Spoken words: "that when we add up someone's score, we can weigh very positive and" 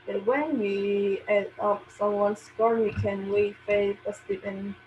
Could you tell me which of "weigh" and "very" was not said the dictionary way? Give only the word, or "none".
very